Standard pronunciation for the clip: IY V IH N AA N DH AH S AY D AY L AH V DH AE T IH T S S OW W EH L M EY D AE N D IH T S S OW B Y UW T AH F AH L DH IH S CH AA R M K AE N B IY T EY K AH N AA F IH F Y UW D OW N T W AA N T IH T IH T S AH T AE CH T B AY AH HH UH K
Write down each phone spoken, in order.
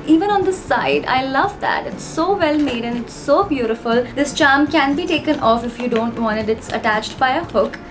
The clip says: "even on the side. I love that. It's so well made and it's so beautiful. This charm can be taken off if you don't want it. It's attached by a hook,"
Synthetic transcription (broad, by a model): IY V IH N AA N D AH S AY D AY L AH V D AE T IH T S S OW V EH L M EY D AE N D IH T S S OW B Y UW T AH F AH L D IH S CH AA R M K AE N B IY T EY K AH N AA F IH F Y UW D OW N T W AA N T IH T IH T S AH T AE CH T B AY AH HH UH K